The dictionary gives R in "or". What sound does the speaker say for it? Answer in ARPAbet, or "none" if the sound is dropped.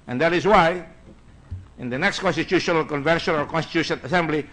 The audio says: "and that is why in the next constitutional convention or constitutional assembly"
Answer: L